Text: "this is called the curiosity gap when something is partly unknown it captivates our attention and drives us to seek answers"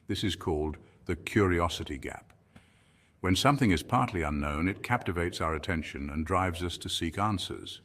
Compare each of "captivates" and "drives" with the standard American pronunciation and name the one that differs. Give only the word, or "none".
none